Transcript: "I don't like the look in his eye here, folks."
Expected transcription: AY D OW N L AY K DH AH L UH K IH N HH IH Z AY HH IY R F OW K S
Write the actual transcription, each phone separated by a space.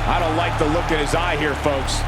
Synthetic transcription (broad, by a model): AY D OW N L AY K DH AH L UH K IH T HH IH Z AY HH IY R F OW K S